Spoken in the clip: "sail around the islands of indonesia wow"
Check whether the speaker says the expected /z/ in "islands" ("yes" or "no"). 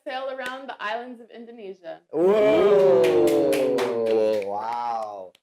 yes